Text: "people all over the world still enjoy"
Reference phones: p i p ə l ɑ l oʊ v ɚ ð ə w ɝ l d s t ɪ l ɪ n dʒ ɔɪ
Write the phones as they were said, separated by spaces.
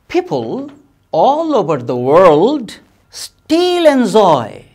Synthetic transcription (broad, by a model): p i p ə l ɑ l oʊ v ɚ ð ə w ɝ l d s t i l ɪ n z ɔɪ